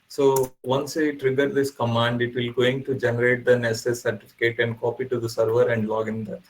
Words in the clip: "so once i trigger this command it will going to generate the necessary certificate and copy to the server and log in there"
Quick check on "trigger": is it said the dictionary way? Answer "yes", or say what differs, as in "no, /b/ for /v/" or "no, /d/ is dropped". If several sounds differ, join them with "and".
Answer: yes